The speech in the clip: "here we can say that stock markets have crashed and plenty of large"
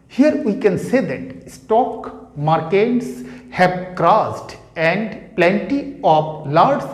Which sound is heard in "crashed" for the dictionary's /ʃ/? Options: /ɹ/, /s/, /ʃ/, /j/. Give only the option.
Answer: /s/